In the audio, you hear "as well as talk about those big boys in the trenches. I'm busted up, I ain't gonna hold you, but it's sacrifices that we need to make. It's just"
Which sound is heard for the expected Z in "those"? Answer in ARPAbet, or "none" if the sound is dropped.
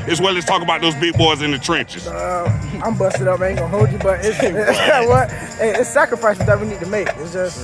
Z